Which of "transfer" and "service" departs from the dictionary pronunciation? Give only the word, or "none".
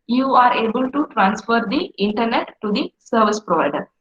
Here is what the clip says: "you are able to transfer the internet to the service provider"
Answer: none